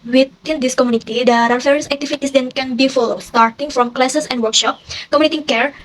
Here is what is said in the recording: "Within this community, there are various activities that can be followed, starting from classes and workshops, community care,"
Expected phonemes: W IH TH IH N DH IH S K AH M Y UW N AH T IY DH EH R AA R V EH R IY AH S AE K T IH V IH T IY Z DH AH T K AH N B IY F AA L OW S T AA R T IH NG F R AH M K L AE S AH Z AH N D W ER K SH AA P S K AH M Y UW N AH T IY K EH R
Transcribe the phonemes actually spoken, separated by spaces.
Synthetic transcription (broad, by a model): W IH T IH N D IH S K AH M Y UW N AH T IY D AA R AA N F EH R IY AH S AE K T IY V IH T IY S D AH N K AH N B IY F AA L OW S T AA R T IH NG F R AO M K L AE S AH S AH N D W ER K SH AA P K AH M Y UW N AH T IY K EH R